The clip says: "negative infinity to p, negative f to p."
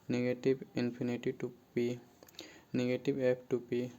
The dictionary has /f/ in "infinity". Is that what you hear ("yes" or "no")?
no